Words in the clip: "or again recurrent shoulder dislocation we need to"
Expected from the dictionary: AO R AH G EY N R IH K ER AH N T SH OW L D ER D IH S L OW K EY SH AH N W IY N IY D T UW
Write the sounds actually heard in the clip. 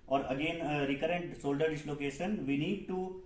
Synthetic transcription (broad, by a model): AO R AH G EY N R IH K ER AH N T S OW L D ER D IH S L OW K EY SH AH N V IY N IY D T UW